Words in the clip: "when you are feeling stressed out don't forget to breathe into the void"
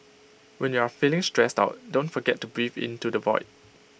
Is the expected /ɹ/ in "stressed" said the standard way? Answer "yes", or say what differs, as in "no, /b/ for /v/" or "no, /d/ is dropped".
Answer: yes